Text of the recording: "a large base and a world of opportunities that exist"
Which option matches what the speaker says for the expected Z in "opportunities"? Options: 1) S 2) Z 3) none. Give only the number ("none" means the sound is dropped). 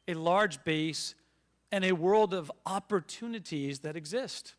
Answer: 2